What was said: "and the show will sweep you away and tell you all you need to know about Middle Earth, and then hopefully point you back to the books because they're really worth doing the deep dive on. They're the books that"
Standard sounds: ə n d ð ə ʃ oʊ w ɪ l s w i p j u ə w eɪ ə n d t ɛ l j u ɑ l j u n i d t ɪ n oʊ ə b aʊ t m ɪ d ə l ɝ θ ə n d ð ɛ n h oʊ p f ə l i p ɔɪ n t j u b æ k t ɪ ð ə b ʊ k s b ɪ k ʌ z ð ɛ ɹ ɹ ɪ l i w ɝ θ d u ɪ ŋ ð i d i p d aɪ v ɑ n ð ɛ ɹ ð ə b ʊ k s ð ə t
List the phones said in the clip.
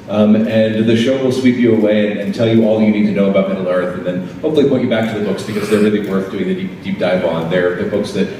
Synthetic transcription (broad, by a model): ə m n ð ə ʃ oʊ w ɪ l s w i p j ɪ ə w eɪ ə n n t ɛ l j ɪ ɑ l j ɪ n i d t ɪ n oʊ ə b aʊ t m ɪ d l ɝ θ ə n ð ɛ n h oʊ p f l i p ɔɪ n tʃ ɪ b æ k t ɪ ð ə b ʊ k s b ɪ k ʌ z ð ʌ ɹ ɹ ɪ l i w ɝ θ d u ɪ ŋ ð i d i p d aɪ b ɑ n ð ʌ ɹ ð ə b ʊ k s ð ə t